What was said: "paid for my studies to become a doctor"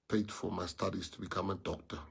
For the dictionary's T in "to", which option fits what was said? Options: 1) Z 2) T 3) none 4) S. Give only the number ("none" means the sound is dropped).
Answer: 2